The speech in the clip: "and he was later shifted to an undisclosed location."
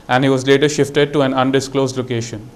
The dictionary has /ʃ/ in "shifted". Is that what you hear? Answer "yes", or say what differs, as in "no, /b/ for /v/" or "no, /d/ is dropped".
yes